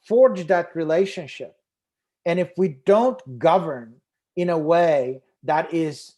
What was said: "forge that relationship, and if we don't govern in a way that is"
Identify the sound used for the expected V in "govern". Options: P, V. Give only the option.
V